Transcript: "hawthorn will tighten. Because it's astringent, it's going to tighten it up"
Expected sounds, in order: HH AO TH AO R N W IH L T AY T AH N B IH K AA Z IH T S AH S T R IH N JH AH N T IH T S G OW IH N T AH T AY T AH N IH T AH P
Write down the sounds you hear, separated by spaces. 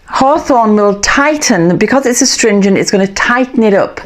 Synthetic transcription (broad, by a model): HH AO TH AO N W IH L T AY T N B IH K AA Z IH T S AH S T R IH N JH AH N T IH T S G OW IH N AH T AY T N IH T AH P